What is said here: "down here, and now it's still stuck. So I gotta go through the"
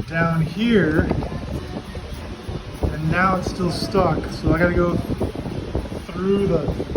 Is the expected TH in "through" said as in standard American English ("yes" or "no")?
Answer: yes